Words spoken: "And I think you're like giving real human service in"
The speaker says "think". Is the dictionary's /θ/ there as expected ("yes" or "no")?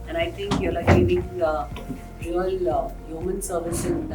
no